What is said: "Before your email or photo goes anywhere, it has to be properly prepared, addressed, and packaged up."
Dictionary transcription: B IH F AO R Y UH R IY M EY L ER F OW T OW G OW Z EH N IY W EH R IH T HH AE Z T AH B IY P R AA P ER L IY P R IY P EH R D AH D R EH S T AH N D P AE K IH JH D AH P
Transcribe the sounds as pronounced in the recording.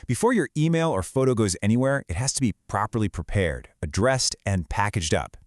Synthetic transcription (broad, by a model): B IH F AO R Y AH R IY M EY L ER F OW T OW G OW Z EH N IY W EH R IH T HH AE Z T AH B IY P R AA P ER L IY P R IY P EH R D AH D R EH S T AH N P AE K IH JH D AH P